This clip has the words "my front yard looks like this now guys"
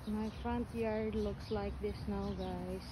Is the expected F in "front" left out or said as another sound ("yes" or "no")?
no